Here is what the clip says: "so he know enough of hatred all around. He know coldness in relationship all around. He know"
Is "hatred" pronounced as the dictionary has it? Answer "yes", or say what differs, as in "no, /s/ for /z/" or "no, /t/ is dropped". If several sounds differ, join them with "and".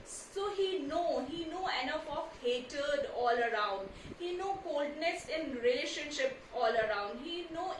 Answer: no, /ɹ/ is dropped